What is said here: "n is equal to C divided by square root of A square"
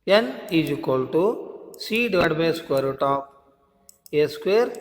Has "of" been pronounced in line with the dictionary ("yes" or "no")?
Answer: no